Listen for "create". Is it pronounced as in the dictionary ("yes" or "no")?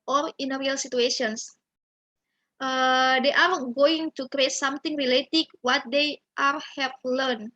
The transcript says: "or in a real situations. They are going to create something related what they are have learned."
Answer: yes